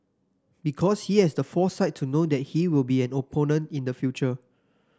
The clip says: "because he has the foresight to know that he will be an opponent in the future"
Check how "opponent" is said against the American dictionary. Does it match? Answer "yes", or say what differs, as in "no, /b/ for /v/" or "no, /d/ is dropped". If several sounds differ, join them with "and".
yes